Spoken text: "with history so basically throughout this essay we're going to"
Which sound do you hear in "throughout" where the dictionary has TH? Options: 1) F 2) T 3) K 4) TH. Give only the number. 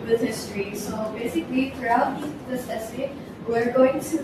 2